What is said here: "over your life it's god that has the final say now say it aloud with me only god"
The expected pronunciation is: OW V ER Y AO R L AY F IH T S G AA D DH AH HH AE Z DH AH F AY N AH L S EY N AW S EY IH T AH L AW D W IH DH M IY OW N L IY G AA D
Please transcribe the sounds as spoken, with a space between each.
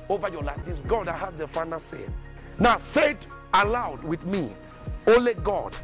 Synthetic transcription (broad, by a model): OW V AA Y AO L AY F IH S G AA D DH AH HH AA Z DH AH F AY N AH S EY N AW S EY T AH L AW D W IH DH M IY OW L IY G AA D